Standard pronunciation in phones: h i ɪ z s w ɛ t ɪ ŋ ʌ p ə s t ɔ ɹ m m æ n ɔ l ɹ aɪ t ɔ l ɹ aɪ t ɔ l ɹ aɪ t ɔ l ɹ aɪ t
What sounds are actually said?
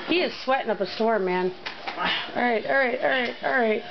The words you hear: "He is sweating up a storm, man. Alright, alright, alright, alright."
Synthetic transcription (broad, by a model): h i ɪ z s w ɛ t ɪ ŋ ʌ p ə s t ɔ ɹ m m æ n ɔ ɹ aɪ t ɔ ɹ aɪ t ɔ ɹ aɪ t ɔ ɹ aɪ t